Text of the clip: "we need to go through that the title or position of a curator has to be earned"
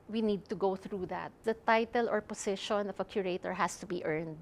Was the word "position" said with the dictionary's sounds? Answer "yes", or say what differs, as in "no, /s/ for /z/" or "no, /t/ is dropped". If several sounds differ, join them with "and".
no, /s/ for /z/